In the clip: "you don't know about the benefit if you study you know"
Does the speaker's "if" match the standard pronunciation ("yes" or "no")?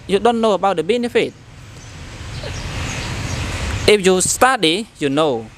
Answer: no